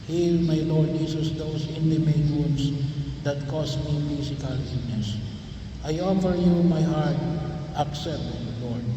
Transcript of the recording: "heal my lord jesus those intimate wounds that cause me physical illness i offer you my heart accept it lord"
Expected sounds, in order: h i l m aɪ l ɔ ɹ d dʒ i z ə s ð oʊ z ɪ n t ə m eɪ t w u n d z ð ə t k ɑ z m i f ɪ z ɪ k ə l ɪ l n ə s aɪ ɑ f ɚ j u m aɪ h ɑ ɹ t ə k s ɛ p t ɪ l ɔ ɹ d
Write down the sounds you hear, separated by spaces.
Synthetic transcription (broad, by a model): h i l m aɪ l ɔ ɹ d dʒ i s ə s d oʊ s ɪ n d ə m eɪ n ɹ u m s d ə t k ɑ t m i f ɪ s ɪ k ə l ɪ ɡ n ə s aɪ ɑ f ɚ j u m aɪ h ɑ ɹ t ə k s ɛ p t ɪ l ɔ ɹ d